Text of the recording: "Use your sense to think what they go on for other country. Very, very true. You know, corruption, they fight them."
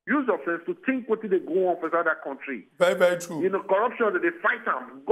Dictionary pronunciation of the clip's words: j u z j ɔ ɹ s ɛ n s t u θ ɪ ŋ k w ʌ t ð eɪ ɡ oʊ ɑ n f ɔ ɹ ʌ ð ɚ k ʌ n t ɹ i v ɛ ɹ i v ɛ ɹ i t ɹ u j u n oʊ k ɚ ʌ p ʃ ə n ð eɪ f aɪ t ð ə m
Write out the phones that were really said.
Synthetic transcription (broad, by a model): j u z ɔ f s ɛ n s t u t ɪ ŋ k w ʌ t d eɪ ɡ oʊ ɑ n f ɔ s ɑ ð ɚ k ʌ n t ɹ i v ɛ ɹ i v ɛ ɹ i t ɹ u j u n oʊ k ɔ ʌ p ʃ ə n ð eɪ f aɪ t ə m